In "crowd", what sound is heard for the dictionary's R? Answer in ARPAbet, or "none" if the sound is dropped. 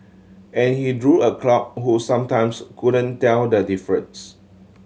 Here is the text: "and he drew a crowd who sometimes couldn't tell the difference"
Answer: L